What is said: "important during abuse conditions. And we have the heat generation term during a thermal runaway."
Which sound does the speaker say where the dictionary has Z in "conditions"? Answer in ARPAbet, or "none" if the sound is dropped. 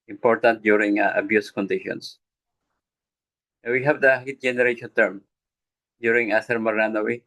S